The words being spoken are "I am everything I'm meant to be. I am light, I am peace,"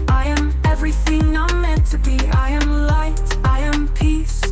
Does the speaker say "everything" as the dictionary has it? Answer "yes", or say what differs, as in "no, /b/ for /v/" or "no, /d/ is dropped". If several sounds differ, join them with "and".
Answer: yes